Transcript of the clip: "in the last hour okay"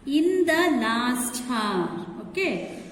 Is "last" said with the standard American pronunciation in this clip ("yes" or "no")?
no